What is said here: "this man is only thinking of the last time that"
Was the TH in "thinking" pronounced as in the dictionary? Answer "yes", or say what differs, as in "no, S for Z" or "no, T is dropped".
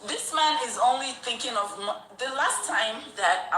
yes